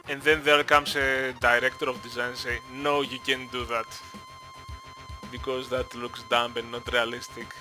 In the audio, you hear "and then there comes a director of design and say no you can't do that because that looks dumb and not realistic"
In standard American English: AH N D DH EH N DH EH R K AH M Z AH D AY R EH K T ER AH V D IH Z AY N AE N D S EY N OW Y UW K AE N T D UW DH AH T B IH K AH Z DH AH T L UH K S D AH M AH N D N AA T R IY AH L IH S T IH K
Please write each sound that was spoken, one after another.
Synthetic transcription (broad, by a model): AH N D DH EH N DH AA L K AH M S AH D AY R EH K T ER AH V D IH Z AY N N S EY N OW Y UW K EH N D UW DH AH T B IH K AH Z DH AH T L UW K S D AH M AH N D N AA T R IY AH L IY S T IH K